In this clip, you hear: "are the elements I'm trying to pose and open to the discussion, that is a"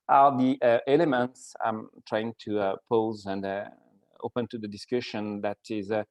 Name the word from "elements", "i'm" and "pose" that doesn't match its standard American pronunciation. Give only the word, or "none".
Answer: none